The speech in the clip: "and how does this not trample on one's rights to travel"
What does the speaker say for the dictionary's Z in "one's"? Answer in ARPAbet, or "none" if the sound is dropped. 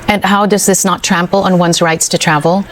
Z